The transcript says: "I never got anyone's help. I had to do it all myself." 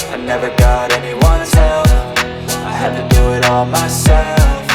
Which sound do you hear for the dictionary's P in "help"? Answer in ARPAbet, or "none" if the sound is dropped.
F